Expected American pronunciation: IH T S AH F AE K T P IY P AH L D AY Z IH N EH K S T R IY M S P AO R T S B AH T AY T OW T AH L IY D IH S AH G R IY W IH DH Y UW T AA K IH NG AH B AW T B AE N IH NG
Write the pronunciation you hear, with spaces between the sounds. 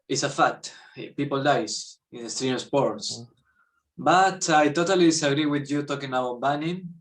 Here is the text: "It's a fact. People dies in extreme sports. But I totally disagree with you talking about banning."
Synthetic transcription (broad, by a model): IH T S AH F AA T P IY P AH L D AY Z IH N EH S T R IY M S P AO R T S B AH T AY T OW T AH L IY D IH S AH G R IY W IH DH Y UW T AA K IH NG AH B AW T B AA N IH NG